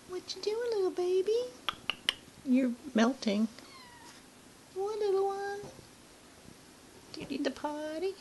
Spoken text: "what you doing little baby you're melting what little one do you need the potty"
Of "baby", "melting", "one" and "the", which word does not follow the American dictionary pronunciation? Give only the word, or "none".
none